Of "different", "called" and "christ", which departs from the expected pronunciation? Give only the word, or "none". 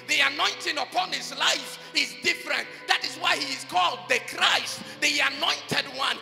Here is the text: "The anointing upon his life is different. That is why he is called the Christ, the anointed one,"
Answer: none